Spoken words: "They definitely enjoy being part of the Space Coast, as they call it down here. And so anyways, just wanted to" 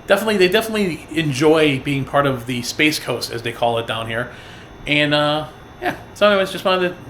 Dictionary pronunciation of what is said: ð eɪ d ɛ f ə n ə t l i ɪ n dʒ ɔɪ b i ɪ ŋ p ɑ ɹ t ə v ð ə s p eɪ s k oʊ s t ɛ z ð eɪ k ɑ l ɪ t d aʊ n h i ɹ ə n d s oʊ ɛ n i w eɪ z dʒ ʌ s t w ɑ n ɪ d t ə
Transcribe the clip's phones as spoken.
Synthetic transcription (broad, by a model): ð eɪ d ɛ f ə n ə t l i ɪ n dʒ ɔɪ b i ɪ ŋ p ɑ ɹ t ə v ð ə s p eɪ s k oʊ s t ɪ z ð eɪ k ɑ l ɪ t d aʊ n h i ɹ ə n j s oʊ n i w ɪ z dʒ ʌ s t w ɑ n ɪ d